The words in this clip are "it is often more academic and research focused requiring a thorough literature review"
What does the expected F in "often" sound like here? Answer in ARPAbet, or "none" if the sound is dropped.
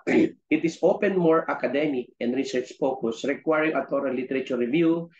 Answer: P